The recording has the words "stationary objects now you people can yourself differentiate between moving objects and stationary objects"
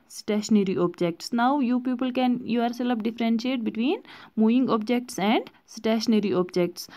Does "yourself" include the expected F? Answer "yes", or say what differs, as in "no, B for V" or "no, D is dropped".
no, P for F